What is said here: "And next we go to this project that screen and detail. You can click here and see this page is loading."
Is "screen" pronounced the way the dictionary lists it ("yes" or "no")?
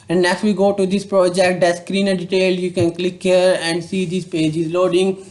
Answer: yes